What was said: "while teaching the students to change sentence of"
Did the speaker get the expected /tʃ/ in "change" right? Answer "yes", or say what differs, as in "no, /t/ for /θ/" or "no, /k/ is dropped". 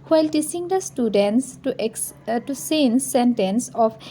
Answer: no, /s/ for /tʃ/